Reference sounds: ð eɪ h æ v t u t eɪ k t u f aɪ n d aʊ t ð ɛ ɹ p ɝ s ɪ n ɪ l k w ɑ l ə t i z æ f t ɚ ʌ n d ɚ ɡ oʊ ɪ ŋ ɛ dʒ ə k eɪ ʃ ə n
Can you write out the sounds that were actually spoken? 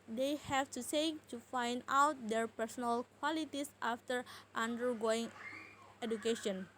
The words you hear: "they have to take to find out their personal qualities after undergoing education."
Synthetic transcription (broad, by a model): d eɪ h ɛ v t u s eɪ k t u f aɪ n d aʊ t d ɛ ɹ p ɝ s ɪ n ɪ l k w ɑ l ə t i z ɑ f t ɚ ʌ n d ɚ ɡ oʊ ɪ ŋ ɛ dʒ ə k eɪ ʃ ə n